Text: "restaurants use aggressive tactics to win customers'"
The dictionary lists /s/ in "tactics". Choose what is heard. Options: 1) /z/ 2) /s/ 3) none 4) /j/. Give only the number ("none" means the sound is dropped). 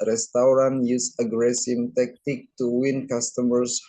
3